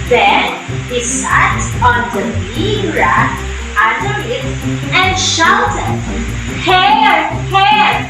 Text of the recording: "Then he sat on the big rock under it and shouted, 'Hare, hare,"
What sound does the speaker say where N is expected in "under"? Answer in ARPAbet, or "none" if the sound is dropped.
none